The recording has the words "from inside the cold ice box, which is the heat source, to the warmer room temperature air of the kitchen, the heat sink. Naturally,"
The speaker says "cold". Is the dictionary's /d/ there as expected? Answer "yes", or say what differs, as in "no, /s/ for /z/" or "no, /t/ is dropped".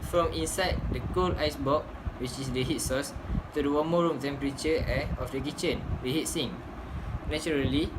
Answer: no, /d/ is dropped